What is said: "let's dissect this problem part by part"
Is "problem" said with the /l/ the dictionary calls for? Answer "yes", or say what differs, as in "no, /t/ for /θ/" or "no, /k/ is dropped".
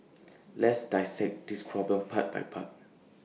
no, /l/ is dropped